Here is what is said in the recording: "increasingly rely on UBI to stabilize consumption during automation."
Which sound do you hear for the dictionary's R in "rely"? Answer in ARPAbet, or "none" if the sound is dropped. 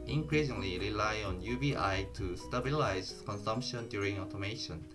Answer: R